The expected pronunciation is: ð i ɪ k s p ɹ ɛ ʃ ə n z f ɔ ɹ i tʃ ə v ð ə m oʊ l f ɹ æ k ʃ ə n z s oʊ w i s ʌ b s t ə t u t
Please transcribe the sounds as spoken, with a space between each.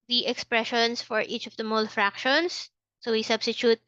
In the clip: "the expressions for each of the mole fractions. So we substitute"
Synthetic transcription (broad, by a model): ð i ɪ k s p ɹ ɛ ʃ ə n s f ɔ ɹ i tʃ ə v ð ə m oʊ l f ɹ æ k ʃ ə n s oʊ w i s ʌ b s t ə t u t